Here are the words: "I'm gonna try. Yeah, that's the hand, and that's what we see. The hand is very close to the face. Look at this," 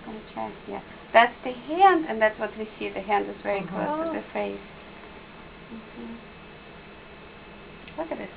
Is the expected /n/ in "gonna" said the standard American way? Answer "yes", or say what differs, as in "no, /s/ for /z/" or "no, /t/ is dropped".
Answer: no, /n/ is dropped